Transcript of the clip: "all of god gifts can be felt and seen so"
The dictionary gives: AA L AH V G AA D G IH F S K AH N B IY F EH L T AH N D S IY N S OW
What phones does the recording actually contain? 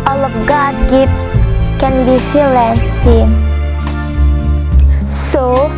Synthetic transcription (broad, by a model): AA L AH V G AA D G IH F S K AH N B IY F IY L AH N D S IY N S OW